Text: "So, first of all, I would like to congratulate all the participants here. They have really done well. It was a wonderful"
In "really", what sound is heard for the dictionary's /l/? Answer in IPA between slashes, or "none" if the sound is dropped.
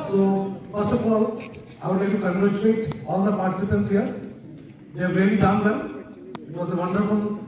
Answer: /n/